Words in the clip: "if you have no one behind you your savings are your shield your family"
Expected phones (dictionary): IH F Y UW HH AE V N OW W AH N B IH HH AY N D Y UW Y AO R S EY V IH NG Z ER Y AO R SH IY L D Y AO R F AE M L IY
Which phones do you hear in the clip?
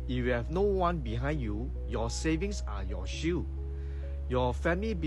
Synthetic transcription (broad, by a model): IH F Y UW HH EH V N OW W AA N B IH HH AY N D Y UW Y AO S EY V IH NG S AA Y AO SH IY Y AO F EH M L IY